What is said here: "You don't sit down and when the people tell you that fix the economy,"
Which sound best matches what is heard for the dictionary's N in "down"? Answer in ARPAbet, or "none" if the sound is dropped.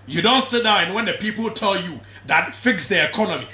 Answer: none